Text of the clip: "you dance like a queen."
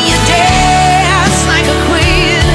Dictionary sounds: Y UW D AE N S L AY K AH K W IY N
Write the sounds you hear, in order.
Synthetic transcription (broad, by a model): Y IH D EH S L AY K AH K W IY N